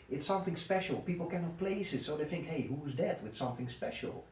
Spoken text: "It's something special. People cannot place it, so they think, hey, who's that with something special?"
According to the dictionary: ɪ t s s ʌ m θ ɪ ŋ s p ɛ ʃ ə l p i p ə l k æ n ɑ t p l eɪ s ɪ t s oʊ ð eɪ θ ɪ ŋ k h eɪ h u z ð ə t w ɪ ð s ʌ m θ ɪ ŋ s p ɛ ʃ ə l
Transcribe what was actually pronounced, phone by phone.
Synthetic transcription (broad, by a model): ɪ t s s ʌ m θ ɪ ŋ s p ɛ ʃ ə l p i p l k æ n ɑ t p l eɪ s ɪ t s oʊ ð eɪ θ ɪ ŋ k h eɪ h u z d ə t w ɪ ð s ʌ m θ ɪ ŋ s p ɛ ʃ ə l